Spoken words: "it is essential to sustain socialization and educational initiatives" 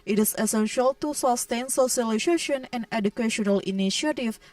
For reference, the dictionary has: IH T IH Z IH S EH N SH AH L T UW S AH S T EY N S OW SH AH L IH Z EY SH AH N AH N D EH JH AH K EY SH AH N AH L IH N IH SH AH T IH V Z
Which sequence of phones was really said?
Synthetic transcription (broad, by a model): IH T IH S IH S EH N SH AH L T UW S AH S T EY N S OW S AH L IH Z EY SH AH N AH N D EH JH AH K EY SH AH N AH L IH N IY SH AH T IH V